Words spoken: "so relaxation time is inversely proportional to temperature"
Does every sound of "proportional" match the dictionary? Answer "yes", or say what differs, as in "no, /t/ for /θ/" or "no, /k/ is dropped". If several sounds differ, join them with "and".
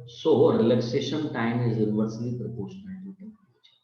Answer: no, /n/ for /l/